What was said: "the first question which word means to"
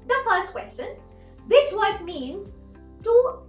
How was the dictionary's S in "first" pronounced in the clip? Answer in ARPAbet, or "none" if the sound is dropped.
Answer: S